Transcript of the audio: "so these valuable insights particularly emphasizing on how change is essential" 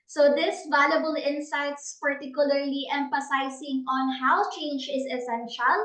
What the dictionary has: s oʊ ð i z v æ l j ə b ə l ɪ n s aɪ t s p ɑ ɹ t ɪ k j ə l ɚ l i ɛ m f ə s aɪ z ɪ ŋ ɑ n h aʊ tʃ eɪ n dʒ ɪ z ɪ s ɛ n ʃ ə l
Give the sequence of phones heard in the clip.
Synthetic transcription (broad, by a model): s oʊ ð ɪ s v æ l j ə b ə l ɪ n s aɪ t s p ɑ ɹ t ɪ k j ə l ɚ l i ɛ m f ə s aɪ s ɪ ŋ ɑ n h aʊ tʃ eɪ n dʒ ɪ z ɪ s ɛ n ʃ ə l